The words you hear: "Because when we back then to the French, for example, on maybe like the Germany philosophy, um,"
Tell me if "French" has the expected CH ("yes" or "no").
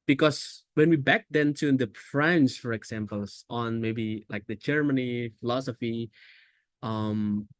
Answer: no